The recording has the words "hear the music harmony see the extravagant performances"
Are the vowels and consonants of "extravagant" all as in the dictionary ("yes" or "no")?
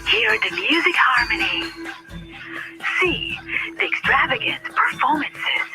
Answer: yes